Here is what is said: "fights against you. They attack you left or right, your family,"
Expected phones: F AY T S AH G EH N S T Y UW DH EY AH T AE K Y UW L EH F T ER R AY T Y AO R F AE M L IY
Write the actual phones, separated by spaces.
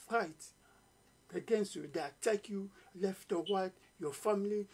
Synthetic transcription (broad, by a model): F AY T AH G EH N S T Y UW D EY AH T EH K Y UW L EH F T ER W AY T Y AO F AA M L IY